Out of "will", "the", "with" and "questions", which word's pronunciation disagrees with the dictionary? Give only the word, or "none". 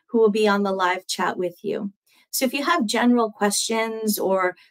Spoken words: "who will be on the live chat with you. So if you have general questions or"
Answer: none